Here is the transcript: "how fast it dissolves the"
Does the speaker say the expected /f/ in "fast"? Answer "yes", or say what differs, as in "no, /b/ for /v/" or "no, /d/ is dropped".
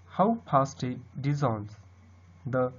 no, /p/ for /f/